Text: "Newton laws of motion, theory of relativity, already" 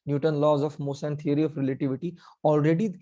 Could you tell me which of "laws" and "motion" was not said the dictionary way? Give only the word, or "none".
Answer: motion